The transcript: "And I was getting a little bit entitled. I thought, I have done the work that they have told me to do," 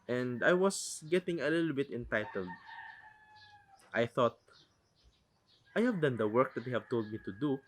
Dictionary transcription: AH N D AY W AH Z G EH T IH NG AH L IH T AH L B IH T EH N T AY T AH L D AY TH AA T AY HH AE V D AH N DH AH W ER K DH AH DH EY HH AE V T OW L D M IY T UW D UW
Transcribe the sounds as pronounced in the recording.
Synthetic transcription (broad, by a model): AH N D AY W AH S G EH T IH NG AH L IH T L B IH T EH N T AY T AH L D AY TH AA T AY HH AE V D AH N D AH W ER K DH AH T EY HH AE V T OW L D M IY T UW D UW